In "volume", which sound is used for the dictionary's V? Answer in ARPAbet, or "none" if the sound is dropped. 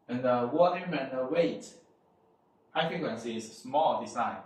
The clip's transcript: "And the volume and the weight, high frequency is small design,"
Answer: W